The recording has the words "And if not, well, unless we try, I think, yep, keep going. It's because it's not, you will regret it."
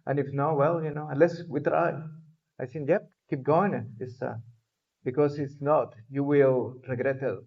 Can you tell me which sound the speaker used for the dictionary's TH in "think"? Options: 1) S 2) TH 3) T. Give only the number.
1